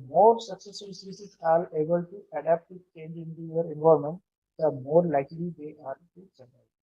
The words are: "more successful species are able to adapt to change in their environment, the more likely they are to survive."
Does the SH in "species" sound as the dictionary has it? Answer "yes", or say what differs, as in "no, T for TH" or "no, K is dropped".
no, S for SH